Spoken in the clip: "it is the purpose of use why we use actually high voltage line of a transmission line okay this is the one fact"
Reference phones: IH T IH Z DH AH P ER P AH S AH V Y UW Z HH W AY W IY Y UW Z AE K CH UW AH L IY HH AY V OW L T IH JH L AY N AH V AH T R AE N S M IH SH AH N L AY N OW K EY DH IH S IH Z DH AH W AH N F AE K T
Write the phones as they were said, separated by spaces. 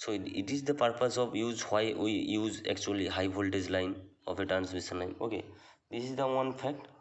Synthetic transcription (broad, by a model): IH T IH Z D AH P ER P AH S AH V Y UW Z HH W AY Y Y UW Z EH K CH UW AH L IY HH AY B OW L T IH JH L AY N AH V AH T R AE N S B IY S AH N L AY N OW K EY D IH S IH Z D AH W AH N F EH K T